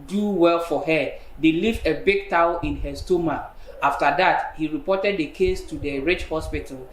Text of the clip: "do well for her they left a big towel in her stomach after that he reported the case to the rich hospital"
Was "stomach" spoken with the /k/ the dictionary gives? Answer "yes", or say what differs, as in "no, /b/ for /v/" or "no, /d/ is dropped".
no, /k/ is dropped